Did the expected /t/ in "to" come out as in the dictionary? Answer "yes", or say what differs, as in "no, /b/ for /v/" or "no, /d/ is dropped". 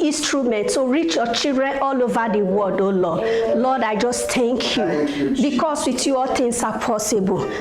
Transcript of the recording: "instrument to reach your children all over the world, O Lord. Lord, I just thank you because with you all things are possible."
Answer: no, /s/ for /t/